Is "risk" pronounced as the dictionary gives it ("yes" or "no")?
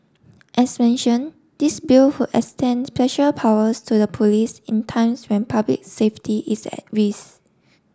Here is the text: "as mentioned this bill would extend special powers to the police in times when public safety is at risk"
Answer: no